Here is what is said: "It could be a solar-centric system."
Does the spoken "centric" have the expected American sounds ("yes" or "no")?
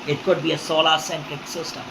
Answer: no